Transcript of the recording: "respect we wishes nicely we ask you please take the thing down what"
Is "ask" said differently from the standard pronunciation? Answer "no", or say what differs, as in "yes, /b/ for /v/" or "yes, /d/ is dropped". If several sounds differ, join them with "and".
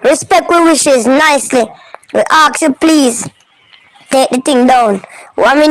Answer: yes, /s/ is dropped